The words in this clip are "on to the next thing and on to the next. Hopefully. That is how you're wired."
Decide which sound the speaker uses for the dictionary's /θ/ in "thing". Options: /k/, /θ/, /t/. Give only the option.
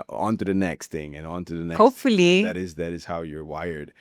/θ/